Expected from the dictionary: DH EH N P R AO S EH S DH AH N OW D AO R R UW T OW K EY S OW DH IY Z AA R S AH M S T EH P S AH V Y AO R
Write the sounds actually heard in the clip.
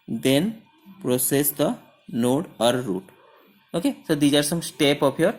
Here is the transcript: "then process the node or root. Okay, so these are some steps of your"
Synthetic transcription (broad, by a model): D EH N P R AO S EH S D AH N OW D AO R R UW T OW K EY S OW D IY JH AA R S AH M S T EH P AH P Y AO R